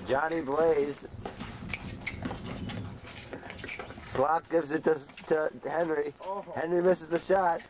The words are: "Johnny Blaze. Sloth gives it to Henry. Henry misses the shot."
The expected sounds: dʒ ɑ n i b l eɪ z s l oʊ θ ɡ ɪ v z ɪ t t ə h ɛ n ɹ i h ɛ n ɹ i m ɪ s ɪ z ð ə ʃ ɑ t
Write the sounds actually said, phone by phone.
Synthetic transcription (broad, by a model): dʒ ɑ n i b l eɪ z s l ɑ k ɡ ɪ v z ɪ t t ə h ɛ n ɹ i h ɛ n ɹ i m ɪ s ɪ z ð ə ʃ ɑ t